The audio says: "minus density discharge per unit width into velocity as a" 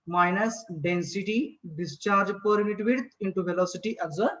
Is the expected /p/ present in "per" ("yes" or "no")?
yes